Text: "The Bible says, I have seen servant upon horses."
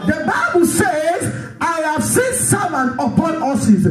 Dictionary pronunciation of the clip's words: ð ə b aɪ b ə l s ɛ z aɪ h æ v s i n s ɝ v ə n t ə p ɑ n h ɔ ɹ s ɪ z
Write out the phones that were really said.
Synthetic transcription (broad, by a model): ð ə b aɪ b ə l s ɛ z aɪ h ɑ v s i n s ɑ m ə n ə p ɑ n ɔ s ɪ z